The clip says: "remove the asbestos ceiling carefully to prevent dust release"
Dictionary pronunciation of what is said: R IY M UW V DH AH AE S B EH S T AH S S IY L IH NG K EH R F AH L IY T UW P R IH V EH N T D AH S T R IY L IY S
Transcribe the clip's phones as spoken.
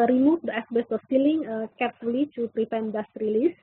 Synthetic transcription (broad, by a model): R IY M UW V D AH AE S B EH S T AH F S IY L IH NG K EH R F AH L IY T UW P R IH P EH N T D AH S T R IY L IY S